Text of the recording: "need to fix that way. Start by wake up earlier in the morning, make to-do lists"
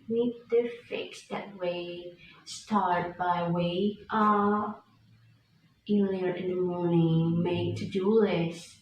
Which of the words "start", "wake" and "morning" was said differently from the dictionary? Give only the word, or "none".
wake